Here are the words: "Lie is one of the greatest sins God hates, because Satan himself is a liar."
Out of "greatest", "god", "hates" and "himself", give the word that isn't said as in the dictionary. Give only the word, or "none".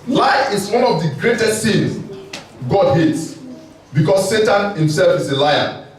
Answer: none